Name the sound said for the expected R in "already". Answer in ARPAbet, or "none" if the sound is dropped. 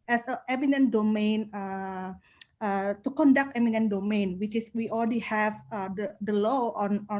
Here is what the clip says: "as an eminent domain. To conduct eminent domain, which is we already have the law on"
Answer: L